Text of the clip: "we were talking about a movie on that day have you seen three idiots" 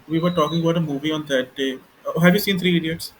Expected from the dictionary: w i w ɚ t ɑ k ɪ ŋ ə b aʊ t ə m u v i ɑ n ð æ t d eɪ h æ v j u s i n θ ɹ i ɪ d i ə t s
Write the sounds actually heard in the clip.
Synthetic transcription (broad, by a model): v i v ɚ t ɑ k ɪ ŋ ə b aʊ t ə m u v i ɑ n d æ t d eɪ h æ v j u s i n t ɹ i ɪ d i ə t s